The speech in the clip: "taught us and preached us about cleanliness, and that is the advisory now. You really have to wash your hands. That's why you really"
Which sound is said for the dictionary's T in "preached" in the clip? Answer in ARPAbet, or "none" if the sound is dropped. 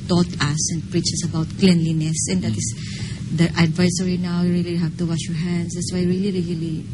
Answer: none